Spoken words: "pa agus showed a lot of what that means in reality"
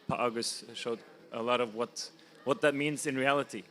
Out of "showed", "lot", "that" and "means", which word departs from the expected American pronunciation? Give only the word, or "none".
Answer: none